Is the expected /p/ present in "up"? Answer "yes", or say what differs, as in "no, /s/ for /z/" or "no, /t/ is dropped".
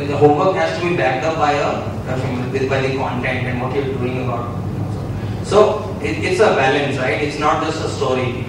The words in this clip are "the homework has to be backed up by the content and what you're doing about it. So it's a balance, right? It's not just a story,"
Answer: no, /b/ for /p/